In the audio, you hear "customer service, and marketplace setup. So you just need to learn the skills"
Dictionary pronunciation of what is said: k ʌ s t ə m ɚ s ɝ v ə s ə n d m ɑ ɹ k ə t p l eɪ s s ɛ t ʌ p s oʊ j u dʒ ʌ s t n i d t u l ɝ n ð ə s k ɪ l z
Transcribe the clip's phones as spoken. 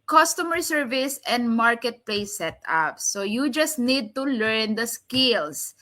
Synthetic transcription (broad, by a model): k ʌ s t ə m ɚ s ɝ v ə s ə n d m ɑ ɹ k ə t p l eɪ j s ɛ t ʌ p s oʊ j u dʒ ʌ s t n i d t u l ɝ n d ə s k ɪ l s